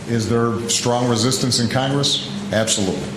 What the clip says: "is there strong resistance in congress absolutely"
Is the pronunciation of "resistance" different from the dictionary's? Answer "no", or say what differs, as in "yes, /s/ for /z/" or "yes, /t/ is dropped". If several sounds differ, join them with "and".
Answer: no